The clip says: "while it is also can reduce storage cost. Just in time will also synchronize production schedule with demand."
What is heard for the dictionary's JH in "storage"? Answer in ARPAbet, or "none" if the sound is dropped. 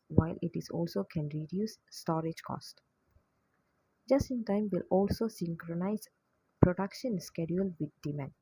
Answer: JH